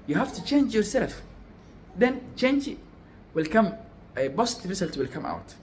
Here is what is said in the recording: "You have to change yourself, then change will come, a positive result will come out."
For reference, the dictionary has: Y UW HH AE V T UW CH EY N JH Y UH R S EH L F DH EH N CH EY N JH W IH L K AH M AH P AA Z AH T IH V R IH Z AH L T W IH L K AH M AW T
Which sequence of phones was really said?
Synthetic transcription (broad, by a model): Y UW HH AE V T UW CH EY N JH Y UH R S EH L F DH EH N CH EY N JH W IH L K AH M AH B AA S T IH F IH S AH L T W IH L K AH M AW T